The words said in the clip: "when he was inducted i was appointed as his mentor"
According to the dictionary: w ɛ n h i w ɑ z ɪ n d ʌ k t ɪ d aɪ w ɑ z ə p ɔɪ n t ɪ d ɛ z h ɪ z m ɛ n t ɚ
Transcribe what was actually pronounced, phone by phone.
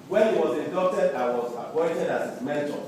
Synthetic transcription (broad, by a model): w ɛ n h i w ɑ z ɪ d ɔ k t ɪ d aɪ w ɑ z ə p ɔɪ n t ɪ d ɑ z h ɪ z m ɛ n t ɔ